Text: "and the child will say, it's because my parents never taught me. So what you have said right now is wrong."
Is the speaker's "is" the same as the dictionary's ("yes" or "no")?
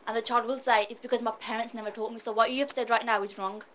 yes